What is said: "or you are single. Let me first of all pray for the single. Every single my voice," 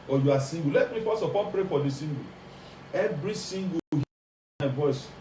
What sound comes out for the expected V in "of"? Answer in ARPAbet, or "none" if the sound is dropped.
P